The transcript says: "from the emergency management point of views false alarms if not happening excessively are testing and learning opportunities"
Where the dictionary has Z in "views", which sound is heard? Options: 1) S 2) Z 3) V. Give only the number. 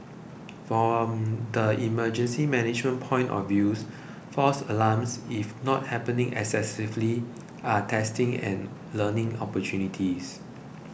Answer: 1